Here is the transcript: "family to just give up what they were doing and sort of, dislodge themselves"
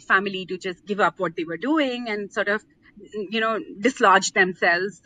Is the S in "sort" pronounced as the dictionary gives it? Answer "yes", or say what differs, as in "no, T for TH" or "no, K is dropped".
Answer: yes